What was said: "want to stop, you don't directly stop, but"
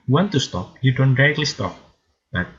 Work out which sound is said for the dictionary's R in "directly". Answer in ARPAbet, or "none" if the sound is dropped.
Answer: none